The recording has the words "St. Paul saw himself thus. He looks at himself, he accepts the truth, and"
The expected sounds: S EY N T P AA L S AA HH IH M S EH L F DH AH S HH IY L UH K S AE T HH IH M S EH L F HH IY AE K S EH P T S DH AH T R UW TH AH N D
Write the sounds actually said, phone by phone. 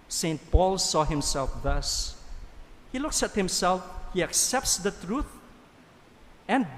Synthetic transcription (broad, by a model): S EY N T P AA L S AA HH IH M S EH L F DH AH S HH IY L UH K S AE T HH IH M S EH L F HH IY AE K S EH P T S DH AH T R UW TH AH N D